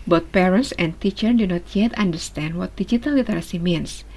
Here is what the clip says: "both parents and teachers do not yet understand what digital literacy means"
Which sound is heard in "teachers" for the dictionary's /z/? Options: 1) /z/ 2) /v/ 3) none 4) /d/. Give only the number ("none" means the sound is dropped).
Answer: 3